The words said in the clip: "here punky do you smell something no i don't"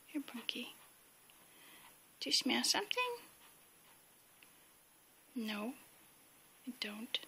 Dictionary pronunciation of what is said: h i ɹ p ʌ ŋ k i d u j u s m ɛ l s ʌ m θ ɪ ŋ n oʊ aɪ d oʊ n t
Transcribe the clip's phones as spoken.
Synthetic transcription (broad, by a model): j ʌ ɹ b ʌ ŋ k i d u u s m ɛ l s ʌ m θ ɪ ŋ n oʊ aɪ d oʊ n t